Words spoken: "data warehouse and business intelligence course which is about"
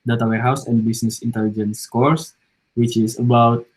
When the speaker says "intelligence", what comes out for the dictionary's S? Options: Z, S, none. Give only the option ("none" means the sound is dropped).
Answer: S